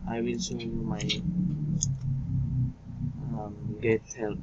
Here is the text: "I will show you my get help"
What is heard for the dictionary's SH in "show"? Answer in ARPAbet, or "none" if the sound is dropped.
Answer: S